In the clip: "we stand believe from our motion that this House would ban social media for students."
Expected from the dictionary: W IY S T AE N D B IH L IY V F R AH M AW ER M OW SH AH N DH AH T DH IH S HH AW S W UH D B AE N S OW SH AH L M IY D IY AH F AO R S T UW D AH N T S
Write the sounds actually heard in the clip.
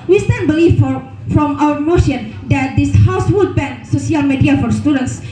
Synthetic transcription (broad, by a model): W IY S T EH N B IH L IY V F R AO M AW ER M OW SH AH N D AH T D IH S HH AW S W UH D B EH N S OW S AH L M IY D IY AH F AO R S T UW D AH N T S